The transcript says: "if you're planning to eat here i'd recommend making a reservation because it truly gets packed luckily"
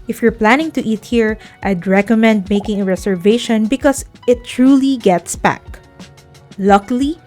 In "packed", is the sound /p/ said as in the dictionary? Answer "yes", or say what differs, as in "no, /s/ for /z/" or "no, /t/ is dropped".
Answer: no, /b/ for /p/